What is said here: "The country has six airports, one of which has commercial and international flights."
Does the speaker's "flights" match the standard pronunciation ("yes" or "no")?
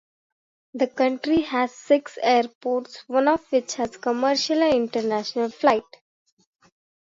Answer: no